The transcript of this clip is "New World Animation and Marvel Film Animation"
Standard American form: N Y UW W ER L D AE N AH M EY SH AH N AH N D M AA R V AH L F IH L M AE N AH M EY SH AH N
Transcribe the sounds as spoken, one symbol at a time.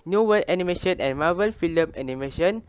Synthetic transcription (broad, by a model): N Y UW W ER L EH N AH M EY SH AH N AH N M AA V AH L F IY L M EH N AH M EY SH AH N